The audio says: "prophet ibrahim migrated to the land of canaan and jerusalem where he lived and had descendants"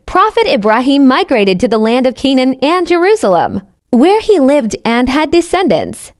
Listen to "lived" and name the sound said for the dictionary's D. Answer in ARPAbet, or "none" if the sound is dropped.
D